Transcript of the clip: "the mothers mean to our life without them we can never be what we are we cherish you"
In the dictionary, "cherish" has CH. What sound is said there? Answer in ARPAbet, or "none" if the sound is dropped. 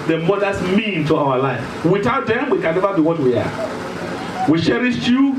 SH